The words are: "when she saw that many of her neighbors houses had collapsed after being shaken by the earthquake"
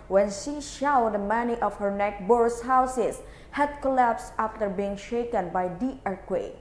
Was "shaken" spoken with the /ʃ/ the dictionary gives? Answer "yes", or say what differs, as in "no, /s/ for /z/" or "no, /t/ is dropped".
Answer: yes